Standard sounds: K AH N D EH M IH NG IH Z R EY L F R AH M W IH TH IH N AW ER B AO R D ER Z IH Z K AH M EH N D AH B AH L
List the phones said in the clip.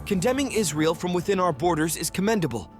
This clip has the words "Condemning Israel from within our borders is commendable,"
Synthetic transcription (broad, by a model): K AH N D EH M IH NG IH Z R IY L F R AH M W IH TH IH N AW ER B AO R D ER Z IH Z K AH M EH N D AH B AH L